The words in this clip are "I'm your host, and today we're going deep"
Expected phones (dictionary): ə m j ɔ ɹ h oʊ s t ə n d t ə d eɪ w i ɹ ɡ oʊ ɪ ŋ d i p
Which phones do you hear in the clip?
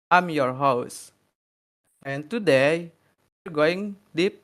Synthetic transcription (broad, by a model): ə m j ɔ ɹ h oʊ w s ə n t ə d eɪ w i ɹ ɡ oʊ ɪ ŋ d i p